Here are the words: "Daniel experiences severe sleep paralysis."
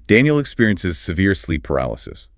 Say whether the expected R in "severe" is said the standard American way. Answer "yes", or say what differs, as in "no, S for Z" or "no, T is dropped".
yes